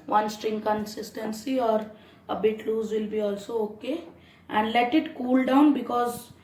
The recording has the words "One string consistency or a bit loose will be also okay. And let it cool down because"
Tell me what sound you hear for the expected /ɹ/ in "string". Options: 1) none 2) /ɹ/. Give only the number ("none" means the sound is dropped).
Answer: 2